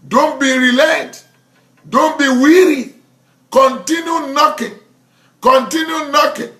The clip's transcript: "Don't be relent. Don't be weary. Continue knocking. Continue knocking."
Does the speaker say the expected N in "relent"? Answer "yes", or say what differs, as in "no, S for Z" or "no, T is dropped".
no, N is dropped